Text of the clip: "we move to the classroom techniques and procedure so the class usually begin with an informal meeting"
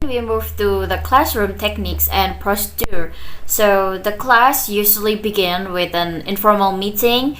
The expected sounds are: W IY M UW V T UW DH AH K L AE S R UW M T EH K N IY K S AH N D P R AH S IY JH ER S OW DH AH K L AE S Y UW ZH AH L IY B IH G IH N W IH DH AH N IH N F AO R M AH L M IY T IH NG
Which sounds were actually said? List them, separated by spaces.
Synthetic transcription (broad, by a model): W IY M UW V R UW DH AH K L AE S R UW M T EH K N IY K S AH N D P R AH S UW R S OW DH AH K L AE S Y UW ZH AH L IY B IH G IH N W IH DH AH N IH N F AO R M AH L M IY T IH NG